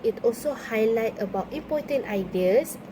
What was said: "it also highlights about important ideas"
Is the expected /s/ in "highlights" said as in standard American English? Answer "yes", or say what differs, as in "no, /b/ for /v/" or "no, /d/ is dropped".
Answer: no, /s/ is dropped